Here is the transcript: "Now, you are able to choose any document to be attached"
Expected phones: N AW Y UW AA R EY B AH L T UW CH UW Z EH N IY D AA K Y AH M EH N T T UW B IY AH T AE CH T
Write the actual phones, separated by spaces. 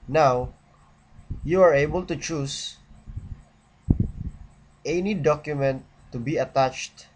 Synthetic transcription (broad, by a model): N AW Y UW AA R EY B AH L T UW CH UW S EH N IY D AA K Y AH M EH N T T UW B IY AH T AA CH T